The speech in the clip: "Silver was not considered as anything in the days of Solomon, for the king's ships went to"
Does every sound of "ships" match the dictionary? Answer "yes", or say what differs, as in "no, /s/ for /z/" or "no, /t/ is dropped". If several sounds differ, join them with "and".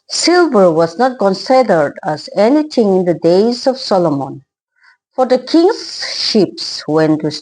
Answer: yes